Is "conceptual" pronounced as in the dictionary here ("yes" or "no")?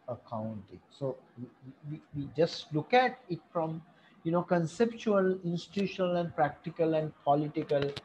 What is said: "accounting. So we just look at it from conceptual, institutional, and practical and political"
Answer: yes